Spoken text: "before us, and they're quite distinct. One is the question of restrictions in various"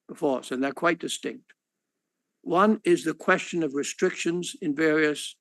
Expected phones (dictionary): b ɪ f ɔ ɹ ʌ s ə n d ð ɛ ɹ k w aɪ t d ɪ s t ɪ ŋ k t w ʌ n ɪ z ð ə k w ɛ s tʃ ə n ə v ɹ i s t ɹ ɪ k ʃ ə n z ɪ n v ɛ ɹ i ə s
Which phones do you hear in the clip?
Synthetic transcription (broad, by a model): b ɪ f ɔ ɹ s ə n ð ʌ ɹ k w aɪ t d ɪ s t ɪ ŋ k t w ʌ n ɪ z ð ə k w ɛ s tʃ ə n ə v ɹ i s t ɹ ɪ k ʃ ə n z ɪ n v ɛ ɹ i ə s